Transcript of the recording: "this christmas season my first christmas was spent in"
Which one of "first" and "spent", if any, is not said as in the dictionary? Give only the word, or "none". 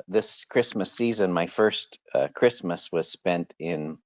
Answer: none